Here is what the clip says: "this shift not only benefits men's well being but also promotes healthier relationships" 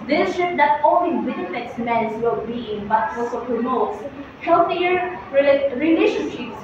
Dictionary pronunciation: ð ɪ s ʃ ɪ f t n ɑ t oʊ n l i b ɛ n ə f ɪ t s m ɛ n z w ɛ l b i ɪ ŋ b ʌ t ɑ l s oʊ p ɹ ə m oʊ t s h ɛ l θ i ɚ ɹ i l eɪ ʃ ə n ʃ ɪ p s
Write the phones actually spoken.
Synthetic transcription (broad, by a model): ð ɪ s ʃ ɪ t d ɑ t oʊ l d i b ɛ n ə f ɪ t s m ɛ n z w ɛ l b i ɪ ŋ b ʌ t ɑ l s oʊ p ɹ ə m oʊ t s h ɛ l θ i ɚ ɹ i l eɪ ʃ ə n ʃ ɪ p s